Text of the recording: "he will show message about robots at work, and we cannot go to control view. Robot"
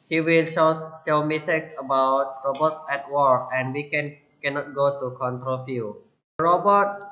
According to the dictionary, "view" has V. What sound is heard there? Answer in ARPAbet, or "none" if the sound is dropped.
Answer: F